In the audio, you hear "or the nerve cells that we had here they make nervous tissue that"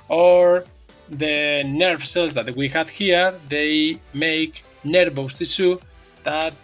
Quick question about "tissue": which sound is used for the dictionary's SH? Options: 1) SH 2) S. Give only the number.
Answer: 2